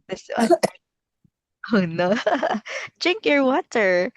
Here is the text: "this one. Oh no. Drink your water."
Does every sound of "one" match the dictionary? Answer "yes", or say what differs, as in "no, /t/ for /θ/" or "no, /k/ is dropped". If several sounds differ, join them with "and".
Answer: no, /n/ is dropped